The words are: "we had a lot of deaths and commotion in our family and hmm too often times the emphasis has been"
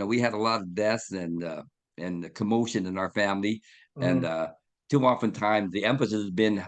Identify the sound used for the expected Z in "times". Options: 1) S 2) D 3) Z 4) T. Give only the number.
3